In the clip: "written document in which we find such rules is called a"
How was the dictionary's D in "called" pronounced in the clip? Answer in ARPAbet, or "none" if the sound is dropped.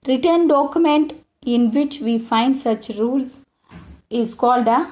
D